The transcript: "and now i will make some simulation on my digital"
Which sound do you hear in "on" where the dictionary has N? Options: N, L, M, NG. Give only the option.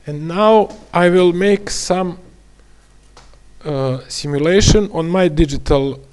N